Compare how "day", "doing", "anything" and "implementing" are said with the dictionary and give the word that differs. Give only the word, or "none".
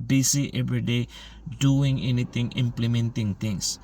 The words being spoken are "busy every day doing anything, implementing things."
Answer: anything